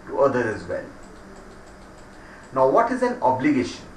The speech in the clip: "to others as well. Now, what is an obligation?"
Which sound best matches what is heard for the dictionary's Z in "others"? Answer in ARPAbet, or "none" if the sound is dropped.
none